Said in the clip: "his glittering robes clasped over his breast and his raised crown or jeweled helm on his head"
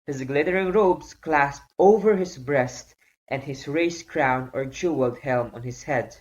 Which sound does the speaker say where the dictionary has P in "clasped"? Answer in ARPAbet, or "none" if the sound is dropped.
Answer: P